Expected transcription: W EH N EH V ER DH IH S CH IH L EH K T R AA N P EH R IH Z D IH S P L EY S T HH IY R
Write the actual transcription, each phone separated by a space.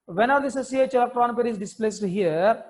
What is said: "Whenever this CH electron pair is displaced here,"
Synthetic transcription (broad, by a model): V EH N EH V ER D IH S S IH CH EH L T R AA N P EH R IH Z D IH S P L EY S T HH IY R